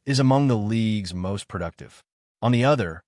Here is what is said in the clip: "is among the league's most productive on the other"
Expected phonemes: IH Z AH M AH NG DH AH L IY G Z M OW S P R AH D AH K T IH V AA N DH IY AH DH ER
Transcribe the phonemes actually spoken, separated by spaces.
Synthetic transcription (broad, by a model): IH Z AH M AH NG DH AH L IY G Z M OW S P R AH D AH K T IH V N DH IY AH DH ER